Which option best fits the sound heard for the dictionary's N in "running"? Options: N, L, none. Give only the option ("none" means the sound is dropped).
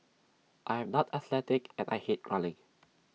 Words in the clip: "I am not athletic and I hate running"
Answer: L